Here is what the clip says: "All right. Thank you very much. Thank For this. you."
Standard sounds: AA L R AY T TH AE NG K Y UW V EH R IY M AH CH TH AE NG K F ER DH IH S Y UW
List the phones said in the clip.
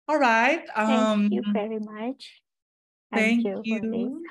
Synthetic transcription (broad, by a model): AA L R AY T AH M Y UW V EH R IY M AH CH TH AE NG K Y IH Y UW